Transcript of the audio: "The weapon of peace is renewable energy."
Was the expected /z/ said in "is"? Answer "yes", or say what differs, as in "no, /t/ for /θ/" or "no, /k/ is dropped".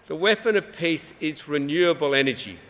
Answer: yes